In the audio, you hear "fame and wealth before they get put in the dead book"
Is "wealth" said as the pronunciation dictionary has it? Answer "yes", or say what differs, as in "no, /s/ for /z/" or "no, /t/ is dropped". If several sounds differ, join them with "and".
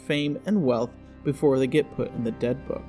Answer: yes